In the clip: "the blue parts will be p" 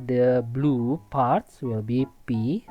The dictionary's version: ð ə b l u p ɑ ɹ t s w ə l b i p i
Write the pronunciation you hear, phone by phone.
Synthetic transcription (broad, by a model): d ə b l u p ɑ ɹ t s w ə l b i p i